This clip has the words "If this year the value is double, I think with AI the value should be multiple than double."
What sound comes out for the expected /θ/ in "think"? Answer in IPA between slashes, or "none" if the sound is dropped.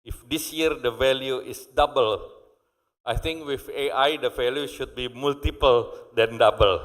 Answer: /t/